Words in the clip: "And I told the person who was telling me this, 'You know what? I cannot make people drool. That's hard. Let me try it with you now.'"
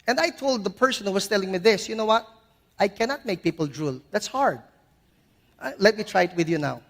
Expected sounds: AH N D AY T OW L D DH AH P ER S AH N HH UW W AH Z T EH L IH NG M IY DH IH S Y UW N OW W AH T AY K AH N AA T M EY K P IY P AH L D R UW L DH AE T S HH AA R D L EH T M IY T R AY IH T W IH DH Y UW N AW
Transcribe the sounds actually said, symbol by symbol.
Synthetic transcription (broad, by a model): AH N D AY T OW L D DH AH P ER S AH N HH UW W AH S T EH L IH NG M IY DH IH S Y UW N OW W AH T AY K AH N AA T M EY K P IY P AH L D R UW L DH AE T S HH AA R D L EH T M IY T R AY IH T W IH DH Y UW N AW